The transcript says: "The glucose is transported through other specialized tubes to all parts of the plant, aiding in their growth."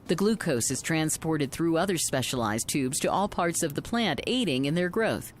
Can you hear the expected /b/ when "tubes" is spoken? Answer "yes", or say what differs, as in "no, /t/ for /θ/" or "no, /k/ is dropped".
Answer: yes